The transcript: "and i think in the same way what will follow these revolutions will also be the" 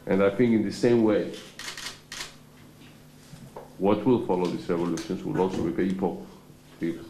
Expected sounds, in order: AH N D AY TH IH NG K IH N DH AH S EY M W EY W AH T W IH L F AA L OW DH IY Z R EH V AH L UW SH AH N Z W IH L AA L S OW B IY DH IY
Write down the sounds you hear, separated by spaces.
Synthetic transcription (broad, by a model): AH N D AY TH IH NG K IH N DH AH S EY M W EY W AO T W IH L F AA L OW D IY S R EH V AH L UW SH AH N S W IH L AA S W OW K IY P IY